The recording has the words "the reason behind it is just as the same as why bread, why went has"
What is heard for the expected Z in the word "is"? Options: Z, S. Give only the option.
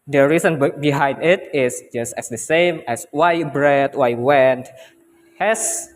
S